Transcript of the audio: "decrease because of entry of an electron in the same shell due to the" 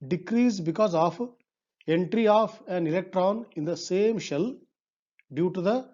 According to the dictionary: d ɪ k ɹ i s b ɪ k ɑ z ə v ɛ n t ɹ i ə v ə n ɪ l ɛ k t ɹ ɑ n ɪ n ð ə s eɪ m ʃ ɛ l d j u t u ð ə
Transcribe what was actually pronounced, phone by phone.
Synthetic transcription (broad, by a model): d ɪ k ɹ i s b ɪ k ɑ z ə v ɛ n t ɹ i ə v ə n ɪ l ɛ k t ɹ ɑ n ɪ n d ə s eɪ m ʃ ɛ l d j u t u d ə